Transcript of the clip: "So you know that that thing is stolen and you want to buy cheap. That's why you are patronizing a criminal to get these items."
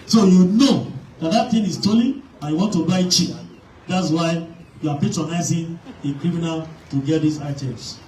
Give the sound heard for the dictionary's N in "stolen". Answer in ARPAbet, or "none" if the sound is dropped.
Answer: none